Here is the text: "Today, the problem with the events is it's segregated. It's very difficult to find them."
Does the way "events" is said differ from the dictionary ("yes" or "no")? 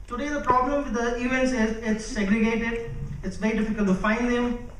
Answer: no